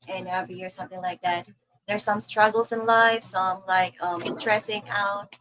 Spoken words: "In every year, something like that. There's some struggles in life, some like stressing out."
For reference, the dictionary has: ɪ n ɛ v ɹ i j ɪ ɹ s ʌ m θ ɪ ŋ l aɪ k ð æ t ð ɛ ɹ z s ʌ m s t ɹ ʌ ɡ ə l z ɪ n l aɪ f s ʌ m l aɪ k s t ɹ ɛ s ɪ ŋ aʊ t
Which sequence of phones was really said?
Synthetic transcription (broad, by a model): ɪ n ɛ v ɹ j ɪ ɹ s ʌ m θ ɪ ŋ l aɪ k ð æ t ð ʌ ɹ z s ʌ m s t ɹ ʌ ɡ l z ɪ n l aɪ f s ʌ m l aɪ k s t ɹ ɛ s ɪ ŋ aʊ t